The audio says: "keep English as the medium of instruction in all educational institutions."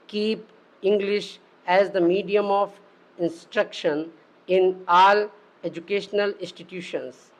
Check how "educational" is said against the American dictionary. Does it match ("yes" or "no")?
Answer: yes